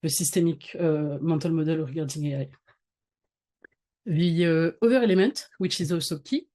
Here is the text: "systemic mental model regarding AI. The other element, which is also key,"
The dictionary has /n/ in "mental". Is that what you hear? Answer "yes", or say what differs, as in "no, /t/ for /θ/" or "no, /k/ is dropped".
no, /n/ is dropped